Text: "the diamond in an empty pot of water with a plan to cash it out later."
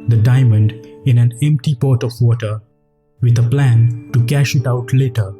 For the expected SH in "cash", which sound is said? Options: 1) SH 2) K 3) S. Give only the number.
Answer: 1